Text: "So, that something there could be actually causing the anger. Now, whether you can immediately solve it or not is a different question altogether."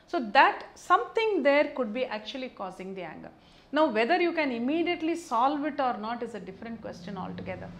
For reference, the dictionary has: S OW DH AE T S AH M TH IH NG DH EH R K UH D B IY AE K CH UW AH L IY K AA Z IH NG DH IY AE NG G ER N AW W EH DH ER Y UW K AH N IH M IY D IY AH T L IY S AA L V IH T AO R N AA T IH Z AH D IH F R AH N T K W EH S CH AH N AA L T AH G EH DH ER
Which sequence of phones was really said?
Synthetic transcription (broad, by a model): S OW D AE T S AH M T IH NG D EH R K UH D B IY AE K CH UW AH L IY K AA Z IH NG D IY AE NG G ER N AW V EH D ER Y UW K AH N IH M IY D IY AH T L IY S AA L V IH T AO R N AA T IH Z AH D IH F R AH N T K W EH S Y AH N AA L T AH G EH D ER